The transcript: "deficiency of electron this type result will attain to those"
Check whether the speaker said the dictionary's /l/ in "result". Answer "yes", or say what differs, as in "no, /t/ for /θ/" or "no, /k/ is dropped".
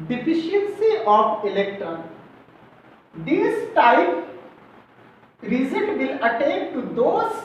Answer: no, /n/ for /l/